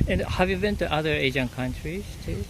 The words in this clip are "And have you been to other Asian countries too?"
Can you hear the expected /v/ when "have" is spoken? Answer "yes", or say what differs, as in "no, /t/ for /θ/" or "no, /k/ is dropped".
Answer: yes